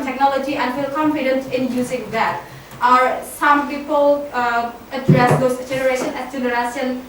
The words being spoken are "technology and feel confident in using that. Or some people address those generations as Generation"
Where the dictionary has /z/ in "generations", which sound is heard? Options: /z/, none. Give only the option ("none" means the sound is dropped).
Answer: none